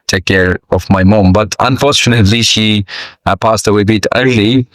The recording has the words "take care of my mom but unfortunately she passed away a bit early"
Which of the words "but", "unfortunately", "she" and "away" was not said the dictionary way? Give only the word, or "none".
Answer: none